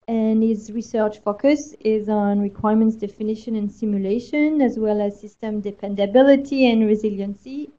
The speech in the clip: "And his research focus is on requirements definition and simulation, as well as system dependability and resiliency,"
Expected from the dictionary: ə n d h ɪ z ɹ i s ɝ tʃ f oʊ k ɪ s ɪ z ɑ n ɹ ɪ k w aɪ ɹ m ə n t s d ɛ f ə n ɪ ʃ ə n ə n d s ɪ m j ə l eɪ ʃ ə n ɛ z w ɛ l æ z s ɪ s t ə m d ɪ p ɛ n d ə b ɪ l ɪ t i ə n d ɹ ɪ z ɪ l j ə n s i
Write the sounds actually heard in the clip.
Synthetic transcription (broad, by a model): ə n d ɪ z ɹ i s ɝ tʃ f oʊ k ɪ s ɪ z n ɹ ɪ k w aɪ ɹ m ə n t s d ɛ f ə n ɪ ʃ ə n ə n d s ɪ m j ə l eɪ ʃ ə n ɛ z w ɛ l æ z s ɪ s t ə m d ɪ p ɛ n d ə b ɪ l ɪ t i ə n ɹ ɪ z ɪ l j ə n s i